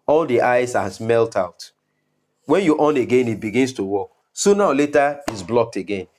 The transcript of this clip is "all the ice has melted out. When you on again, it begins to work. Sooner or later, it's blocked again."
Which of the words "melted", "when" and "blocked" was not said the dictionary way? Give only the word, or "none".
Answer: melted